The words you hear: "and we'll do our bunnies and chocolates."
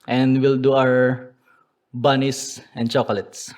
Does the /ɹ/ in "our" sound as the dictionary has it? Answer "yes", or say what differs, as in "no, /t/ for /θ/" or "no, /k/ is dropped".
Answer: no, /w/ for /ɹ/